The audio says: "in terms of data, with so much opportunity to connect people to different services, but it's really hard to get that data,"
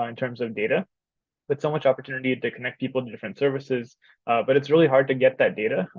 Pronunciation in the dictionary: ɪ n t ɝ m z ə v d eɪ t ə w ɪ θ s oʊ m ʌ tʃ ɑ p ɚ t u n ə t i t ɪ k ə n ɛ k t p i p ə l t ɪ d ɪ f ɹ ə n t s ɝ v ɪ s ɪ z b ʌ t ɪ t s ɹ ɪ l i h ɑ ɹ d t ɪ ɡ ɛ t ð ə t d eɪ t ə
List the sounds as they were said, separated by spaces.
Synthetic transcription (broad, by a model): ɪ n t ɝ m z ə v d eɪ t ə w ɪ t s oʊ m ʌ tʃ ɑ p ɚ t u n ə t i t ɪ k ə n ɛ k p i p l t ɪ d ɪ f ɹ ə n t s ɝ v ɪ s ɪ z b ʌ t ɪ t s ɹ ɪ l i h ɑ ɹ d t ɪ ɡ ɛ t ð ə t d eɪ t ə